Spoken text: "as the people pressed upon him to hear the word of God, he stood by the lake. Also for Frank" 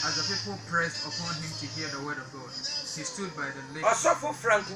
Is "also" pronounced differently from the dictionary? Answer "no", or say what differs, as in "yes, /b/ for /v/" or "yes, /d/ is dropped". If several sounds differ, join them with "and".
yes, /l/ is dropped